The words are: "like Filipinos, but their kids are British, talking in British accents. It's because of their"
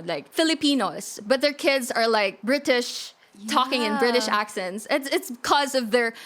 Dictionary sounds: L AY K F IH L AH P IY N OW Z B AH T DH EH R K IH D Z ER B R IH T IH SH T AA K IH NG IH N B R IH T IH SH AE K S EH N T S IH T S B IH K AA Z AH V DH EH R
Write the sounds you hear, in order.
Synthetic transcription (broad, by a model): L AY K F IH L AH P IY N OW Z B AH T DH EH R K IH D Z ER B R IH T IH SH T AA K IH NG IH N B R IH T IH SH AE K S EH N T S IH T S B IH K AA Z AH V DH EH R